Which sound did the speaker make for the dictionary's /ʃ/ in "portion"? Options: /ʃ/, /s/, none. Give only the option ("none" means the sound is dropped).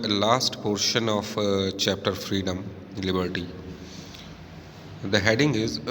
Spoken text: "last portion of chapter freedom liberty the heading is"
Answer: /ʃ/